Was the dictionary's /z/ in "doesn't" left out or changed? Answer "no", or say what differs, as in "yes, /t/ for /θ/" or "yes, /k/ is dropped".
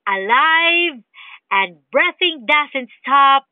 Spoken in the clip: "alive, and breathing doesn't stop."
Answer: yes, /s/ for /z/